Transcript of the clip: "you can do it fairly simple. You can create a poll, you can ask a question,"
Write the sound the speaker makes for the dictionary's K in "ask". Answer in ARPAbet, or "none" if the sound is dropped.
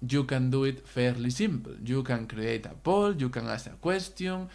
none